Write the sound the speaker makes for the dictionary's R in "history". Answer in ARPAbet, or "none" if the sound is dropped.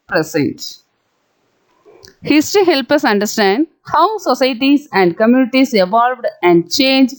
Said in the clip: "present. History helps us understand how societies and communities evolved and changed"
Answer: none